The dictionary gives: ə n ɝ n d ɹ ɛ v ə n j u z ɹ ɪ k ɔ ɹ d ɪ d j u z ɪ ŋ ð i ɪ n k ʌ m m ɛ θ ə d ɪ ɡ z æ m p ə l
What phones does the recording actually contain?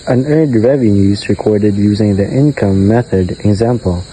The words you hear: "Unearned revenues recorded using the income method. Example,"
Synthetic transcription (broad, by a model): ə n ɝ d ɹ ɛ v ə n j u z ɹ ɪ k ɔ ɹ d ɪ d j u z ɪ ŋ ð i ɪ n k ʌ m m ɛ θ ə d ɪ ɡ z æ m p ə l